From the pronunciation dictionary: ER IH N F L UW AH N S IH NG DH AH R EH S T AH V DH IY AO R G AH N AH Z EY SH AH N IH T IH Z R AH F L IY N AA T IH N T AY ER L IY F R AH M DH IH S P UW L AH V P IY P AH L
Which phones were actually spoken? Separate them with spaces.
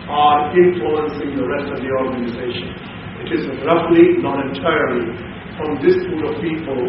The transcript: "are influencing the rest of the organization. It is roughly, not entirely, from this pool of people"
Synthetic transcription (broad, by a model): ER IH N F L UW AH N S IH NG DH AH R EH S T AH V DH IY AO R G AH N AH Z EY SH AH N IH T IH Z R AH F L IY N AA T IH T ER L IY F R AH M DH IH S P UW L AH V P IY P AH L